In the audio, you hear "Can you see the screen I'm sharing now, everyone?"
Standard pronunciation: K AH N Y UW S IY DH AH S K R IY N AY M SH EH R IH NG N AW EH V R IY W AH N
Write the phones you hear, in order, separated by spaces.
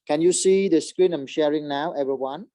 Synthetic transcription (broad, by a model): K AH N Y UW S IY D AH S K R IY N AY M SH EH R IH NG N AW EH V R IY W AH N